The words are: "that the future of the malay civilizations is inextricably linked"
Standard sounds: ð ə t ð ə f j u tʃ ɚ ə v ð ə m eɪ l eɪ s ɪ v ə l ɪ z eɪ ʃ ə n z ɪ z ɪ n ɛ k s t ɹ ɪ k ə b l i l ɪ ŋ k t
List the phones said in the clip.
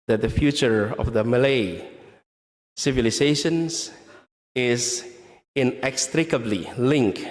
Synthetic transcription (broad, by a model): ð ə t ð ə f j u tʃ ɚ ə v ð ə m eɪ l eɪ s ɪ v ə l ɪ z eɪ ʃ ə n s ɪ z ɪ n ɛ k s t ɹ ɪ k ə b l i l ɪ ŋ k